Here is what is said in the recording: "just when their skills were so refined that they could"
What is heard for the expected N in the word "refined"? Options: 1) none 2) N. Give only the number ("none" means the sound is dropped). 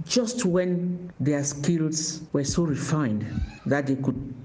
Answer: 2